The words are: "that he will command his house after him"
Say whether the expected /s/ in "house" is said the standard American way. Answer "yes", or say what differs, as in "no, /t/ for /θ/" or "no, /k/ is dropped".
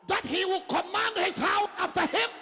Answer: no, /s/ is dropped